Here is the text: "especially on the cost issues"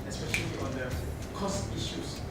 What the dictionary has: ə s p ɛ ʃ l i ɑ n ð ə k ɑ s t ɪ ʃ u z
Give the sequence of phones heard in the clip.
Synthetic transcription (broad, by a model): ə s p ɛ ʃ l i ɑ n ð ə k ɑ s t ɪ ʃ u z